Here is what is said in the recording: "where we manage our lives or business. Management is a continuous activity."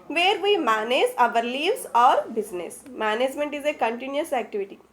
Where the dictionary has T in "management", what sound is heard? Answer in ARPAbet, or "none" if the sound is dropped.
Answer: T